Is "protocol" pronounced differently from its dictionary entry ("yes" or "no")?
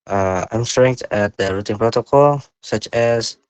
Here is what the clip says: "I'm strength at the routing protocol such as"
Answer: no